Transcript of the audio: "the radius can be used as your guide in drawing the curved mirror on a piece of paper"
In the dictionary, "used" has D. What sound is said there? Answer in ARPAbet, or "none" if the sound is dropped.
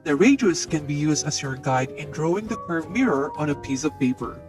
D